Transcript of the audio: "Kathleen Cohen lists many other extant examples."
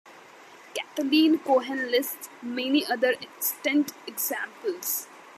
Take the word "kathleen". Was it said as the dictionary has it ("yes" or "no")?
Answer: no